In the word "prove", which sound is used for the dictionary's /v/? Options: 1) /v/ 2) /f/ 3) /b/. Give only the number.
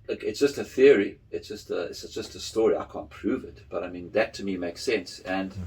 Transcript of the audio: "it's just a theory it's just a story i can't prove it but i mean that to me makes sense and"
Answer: 1